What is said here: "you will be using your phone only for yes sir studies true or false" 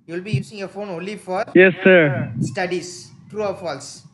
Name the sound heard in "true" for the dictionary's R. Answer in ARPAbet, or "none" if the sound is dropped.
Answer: R